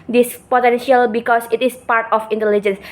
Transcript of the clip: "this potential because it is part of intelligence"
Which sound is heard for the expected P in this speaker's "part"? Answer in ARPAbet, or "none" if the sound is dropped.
P